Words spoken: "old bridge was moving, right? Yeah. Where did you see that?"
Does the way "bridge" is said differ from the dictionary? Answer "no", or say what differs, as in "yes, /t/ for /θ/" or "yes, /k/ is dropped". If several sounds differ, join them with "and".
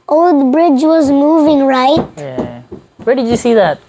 no